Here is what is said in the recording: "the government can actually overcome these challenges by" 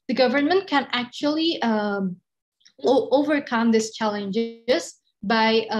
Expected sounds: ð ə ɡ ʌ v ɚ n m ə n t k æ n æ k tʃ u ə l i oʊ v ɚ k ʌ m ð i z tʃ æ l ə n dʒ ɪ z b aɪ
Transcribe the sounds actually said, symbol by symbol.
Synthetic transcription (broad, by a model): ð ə ɡ ʌ v ɚ n m ə n t k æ n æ k tʃ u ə l i oʊ v ɚ k ʌ m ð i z tʃ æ l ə n dʒ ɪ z b aɪ